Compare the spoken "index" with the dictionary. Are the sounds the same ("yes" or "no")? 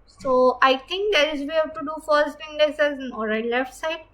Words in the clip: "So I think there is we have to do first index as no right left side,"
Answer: no